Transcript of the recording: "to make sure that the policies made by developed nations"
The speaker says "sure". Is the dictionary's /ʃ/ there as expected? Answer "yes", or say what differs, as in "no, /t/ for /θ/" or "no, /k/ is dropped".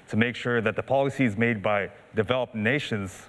yes